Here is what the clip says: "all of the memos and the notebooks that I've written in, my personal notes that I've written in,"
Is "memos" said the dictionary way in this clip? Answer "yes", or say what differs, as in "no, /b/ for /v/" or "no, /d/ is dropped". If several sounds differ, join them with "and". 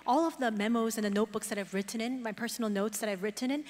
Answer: yes